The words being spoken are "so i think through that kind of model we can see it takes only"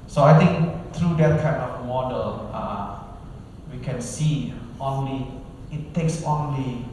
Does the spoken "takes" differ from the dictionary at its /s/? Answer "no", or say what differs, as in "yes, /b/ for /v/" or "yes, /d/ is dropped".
no